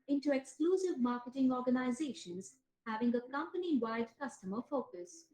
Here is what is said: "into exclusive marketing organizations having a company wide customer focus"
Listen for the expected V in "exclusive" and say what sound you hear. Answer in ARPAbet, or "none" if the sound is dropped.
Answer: V